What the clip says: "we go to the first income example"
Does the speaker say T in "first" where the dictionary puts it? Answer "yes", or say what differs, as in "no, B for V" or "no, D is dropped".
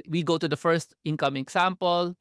yes